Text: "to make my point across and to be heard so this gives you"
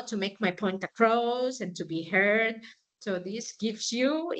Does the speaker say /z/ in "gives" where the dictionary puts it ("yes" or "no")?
no